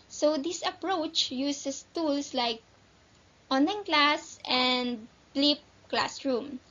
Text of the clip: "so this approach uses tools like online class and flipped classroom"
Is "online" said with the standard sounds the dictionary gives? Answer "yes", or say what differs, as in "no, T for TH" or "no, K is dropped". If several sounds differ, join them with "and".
no, L is dropped